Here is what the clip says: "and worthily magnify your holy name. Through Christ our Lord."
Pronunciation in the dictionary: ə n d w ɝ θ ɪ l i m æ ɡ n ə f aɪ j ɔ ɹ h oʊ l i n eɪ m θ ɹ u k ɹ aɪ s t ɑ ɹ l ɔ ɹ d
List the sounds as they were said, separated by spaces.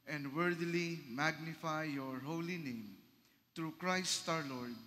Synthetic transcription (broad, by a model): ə n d w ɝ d l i m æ ɡ n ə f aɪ j ɔ ɹ h oʊ l i n eɪ m t ɹ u k ɹ aɪ s t ɑ ɹ l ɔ ɹ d